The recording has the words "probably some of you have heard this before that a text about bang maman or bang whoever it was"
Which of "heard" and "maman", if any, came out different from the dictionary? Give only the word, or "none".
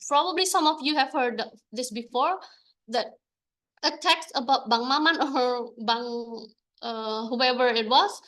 none